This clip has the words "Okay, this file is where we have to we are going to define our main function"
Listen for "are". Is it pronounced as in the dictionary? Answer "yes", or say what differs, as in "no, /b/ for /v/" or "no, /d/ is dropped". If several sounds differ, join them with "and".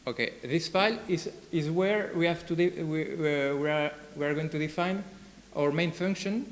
no, /w/ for /ɹ/